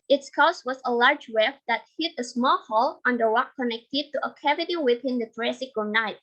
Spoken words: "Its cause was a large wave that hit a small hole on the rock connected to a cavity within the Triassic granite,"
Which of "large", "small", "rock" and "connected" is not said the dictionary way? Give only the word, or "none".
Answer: rock